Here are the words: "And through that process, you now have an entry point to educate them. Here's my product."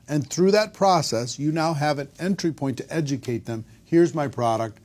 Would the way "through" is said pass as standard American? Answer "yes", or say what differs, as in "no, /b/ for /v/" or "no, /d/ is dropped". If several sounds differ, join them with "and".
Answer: yes